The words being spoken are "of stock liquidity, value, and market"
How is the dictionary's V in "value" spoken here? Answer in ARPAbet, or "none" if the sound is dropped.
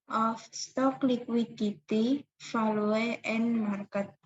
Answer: F